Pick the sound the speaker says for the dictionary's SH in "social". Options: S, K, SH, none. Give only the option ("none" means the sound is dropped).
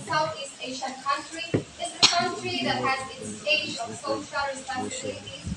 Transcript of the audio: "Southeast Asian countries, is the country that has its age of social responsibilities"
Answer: S